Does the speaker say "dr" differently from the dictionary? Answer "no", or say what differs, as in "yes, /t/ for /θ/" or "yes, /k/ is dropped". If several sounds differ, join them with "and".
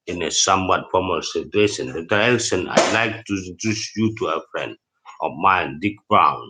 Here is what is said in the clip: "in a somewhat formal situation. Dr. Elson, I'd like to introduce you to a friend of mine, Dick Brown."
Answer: yes, /k/ is dropped